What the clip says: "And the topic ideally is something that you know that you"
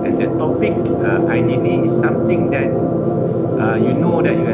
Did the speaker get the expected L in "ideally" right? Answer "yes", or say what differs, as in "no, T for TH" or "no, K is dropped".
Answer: no, N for L